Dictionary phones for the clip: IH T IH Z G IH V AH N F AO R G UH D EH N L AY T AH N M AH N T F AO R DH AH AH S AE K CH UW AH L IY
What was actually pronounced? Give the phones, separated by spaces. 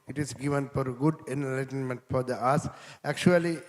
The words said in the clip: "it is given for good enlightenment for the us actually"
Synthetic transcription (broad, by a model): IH T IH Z G IH V AH N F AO R G UH D EH N L AY T AH N M AH N T F AO R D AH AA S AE K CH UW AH L IY